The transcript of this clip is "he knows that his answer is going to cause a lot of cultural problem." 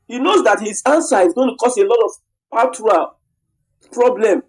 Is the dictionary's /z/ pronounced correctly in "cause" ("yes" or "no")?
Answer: no